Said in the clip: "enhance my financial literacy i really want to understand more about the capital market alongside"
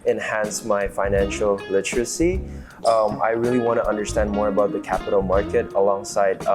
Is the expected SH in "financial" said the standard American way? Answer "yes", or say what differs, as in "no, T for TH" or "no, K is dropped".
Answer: yes